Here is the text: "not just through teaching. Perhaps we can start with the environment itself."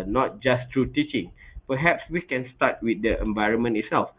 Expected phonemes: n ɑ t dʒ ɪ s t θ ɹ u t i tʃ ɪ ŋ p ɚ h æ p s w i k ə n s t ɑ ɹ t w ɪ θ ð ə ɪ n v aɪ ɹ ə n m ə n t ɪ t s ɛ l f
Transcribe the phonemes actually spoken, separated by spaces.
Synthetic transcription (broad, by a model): n ɑ t dʒ ɪ s t ɹ u t i tʃ ɪ ŋ p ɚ h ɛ p s w i k ə n s t ɑ t w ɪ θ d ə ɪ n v aɪ ɹ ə n m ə n ɪ t s ɛ l f